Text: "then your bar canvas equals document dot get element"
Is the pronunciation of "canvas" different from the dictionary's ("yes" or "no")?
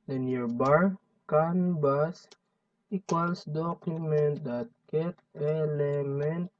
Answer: yes